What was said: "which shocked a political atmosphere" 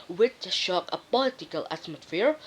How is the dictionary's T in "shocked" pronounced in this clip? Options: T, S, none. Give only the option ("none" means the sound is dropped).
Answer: none